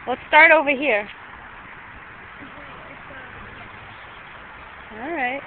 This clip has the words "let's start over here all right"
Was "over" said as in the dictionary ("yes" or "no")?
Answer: yes